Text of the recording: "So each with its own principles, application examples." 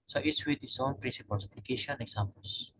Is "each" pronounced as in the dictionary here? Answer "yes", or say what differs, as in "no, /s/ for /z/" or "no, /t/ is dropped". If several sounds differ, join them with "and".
no, /s/ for /tʃ/